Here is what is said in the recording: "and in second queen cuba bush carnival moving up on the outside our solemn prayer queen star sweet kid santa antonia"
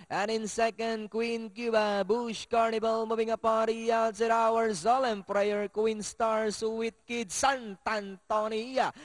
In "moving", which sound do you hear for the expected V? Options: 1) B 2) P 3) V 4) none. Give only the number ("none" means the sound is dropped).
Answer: 1